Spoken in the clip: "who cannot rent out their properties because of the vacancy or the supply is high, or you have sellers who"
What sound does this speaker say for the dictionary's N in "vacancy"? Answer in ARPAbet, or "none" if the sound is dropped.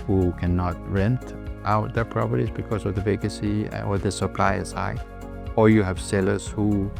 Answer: none